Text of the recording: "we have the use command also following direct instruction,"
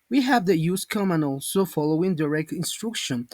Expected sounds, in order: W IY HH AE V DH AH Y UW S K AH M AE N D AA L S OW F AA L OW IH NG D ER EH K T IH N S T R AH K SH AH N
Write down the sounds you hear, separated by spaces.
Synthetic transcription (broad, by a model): W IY HH AE V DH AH Y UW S K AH M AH N AA L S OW F AA L OW IH NG D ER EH K T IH N S T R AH K SH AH N